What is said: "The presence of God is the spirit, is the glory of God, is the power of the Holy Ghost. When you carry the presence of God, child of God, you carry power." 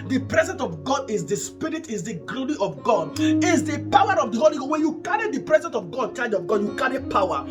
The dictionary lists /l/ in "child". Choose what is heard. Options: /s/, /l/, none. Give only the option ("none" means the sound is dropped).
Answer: none